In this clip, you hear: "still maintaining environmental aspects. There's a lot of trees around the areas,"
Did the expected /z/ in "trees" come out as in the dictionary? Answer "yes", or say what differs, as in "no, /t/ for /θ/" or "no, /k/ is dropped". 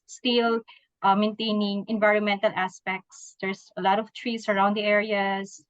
no, /s/ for /z/